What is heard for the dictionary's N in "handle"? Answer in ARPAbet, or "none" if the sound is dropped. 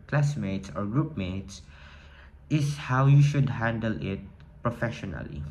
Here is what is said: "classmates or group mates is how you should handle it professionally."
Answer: N